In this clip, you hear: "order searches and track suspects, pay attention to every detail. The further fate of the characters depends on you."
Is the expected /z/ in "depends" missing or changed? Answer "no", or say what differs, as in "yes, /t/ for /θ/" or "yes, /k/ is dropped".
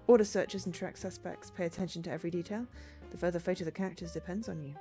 no